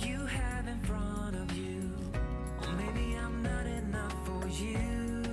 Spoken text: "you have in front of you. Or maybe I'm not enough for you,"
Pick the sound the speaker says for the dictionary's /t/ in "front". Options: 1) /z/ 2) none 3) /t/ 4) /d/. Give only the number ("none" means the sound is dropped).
2